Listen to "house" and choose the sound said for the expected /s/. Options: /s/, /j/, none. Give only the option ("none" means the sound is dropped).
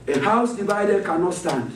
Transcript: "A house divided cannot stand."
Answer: /s/